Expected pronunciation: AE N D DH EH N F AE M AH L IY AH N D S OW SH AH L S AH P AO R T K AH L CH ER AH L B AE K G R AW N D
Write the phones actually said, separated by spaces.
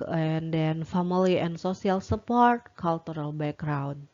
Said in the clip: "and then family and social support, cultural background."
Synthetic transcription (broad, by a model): N D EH N F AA M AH L IY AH N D S OW S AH L S AH P AO R T K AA L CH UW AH L B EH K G R AW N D